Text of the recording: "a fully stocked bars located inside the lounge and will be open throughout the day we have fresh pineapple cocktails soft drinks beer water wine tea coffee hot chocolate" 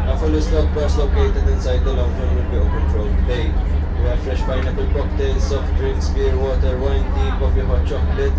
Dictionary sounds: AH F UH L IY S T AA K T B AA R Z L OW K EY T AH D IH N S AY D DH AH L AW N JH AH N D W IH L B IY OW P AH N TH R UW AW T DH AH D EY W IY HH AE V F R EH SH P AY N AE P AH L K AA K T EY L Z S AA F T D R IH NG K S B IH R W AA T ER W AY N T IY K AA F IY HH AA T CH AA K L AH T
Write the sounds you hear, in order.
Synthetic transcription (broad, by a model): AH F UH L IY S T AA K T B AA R S L OW K EY T AH D IH N S AY D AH L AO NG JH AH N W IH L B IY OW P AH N T R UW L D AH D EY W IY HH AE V F R EH SH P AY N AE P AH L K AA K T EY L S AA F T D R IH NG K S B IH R W AA T ER W AY N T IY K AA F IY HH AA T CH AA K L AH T